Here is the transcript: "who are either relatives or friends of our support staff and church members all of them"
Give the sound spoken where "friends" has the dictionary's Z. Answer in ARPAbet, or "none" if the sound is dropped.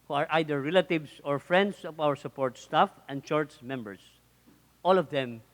S